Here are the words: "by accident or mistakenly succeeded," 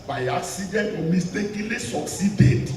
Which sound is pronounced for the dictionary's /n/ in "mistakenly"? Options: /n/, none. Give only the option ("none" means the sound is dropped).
none